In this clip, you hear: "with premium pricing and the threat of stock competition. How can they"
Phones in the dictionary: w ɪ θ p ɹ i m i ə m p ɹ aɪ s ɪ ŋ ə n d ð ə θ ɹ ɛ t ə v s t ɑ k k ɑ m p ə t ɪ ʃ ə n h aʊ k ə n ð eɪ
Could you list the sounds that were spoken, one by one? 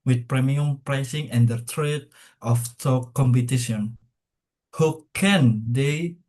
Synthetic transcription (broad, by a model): w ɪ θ p ɹ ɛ m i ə m p ɹ aɪ s ɪ ŋ ə n d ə t ɹ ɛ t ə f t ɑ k k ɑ m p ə t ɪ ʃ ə n h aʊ k ə n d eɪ